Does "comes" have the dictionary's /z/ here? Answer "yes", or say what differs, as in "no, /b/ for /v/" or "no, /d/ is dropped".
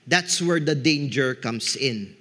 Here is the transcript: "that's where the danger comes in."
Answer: no, /s/ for /z/